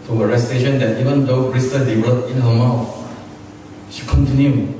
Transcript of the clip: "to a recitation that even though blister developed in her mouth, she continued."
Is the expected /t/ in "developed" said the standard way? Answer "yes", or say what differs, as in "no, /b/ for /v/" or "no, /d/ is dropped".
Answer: no, /t/ is dropped